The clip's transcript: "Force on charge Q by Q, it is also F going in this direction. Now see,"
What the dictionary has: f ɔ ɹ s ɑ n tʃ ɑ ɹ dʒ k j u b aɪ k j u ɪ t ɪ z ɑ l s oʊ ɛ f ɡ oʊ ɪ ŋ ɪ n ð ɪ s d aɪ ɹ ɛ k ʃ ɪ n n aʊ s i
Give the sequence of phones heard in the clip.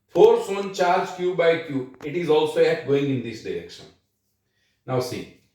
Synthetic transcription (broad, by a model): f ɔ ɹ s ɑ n tʃ ɑ ɹ dʒ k j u b aɪ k j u ɪ t ɪ z ɑ l s oʊ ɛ p ɡ oʊ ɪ ŋ ɪ n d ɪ s d aɪ ɹ ɛ k ʃ ɪ n n aʊ s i